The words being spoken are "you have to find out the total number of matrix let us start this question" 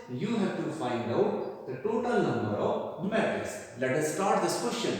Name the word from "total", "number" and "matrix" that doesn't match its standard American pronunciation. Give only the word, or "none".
matrix